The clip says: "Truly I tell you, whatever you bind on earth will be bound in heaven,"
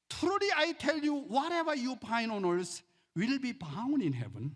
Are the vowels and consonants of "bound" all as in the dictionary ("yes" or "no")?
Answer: no